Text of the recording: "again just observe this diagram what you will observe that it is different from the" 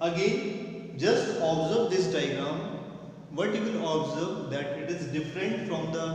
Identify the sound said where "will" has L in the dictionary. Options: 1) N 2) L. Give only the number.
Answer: 1